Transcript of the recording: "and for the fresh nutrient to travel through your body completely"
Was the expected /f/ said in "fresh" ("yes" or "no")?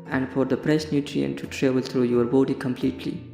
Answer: no